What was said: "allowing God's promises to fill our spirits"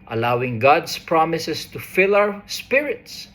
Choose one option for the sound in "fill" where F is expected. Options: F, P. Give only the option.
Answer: F